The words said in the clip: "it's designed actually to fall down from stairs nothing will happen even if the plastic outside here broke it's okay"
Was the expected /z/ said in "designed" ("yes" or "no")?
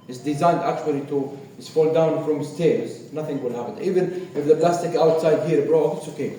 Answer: yes